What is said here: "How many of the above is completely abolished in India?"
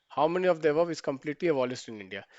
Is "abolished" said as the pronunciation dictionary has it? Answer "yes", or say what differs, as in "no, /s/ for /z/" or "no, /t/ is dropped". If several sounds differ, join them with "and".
no, /s/ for /ʃ/